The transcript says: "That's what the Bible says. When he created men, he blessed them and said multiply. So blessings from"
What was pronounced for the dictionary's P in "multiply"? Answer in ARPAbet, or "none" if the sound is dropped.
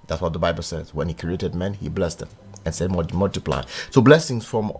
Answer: P